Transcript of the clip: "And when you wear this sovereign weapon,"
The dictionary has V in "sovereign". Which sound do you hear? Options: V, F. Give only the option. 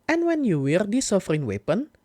F